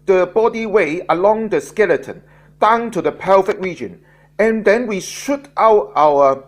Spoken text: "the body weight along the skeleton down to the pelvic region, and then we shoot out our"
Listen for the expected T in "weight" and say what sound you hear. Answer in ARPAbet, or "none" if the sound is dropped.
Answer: none